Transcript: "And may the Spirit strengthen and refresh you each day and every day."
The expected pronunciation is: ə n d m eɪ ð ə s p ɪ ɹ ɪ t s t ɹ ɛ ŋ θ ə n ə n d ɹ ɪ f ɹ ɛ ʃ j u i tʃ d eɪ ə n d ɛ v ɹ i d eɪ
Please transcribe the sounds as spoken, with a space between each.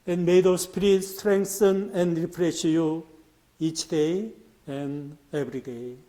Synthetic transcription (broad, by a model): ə n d m eɪ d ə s p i ɹ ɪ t s t ɹ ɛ ŋ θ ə n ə n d ɹ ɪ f ɹ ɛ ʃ j u i tʃ d eɪ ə n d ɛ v ɹ i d eɪ